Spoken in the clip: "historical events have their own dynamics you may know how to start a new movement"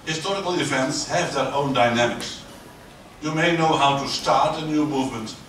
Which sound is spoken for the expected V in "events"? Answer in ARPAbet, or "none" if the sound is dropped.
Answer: F